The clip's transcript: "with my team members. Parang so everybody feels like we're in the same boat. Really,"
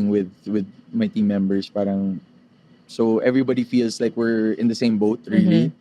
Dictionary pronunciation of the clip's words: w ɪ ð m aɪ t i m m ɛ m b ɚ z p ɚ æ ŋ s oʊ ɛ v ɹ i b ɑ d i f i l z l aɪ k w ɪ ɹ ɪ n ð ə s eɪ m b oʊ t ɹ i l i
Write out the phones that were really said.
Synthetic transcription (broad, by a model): w ɪ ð m aɪ t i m m ɛ m b ɚ s p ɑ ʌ ŋ s oʊ ɛ v ɹ i b ɑ d i f i l s l aɪ k w ɪ ɹ ɪ n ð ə s eɪ m b oʊ t ɹ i l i